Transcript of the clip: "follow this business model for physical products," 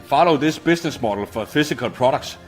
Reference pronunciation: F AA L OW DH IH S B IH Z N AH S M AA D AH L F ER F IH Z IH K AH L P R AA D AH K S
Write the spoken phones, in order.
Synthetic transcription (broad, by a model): F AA L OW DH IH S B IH S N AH S M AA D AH L F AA F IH S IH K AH L P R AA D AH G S